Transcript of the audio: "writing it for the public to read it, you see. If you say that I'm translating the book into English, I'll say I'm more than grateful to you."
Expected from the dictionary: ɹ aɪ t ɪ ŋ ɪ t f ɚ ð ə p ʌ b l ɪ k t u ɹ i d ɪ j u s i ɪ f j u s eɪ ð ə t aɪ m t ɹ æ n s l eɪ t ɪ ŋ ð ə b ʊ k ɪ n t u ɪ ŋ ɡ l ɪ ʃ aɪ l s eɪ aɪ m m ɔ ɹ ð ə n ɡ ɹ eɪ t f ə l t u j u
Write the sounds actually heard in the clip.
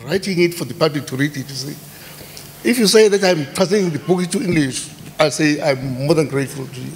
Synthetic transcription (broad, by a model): ɹ aɪ t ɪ ŋ ɪ t f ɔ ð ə p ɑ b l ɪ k t u ɹ i d ɪ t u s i ɪ f j u s eɪ ð ə t aɪ m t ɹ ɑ s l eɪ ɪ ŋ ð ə b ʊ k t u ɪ ŋ ɡ l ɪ ʃ aɪ l s eɪ aɪ m m ɔ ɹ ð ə n ɡ ɹ eɪ t f ə l t u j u